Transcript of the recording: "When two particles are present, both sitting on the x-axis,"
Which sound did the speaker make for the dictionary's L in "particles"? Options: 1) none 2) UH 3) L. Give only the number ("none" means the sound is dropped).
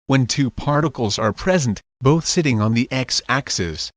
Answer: 3